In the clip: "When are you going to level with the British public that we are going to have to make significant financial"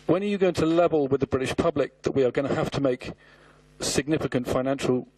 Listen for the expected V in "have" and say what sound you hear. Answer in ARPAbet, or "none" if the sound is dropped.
F